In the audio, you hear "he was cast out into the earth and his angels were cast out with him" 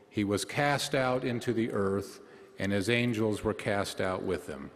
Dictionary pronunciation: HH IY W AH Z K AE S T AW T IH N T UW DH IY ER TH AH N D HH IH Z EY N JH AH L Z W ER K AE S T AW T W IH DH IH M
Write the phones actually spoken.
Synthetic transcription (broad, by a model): HH IY W AH Z K AE S T AW T IH N T UW DH IY ER TH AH N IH Z EY N JH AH L Z W ER K AE S T AW T W IH DH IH M